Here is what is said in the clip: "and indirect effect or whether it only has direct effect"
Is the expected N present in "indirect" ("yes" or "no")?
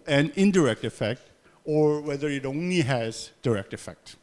yes